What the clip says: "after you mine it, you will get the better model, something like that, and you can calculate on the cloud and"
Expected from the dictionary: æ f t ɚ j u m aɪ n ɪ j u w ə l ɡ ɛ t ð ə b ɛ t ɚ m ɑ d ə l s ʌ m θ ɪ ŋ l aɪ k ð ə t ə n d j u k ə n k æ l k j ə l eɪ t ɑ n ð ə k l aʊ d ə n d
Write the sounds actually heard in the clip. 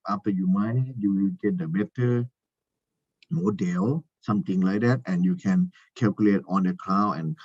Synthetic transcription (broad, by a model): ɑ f t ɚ j u m aɪ n j u w ə l ɡ ɛ t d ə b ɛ t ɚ m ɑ d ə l s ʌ m t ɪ ŋ l aɪ k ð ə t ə n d j u k ə n k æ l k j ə l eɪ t ɑ n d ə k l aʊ ə n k